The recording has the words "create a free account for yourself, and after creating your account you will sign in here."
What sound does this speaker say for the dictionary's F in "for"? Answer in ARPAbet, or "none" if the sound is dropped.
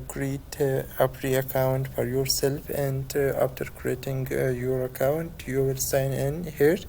F